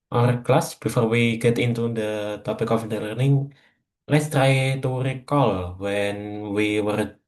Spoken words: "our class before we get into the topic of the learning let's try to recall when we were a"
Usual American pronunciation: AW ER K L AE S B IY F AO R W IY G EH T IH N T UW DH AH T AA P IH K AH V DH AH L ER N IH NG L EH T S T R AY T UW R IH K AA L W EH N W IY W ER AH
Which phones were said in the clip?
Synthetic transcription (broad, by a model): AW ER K L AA S B IY F AO R W IY G EH T IH N T UW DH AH T AA P IH K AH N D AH L ER N IH NG L EH T S T R AY T UW R IH K AA L W EH N W IY W ER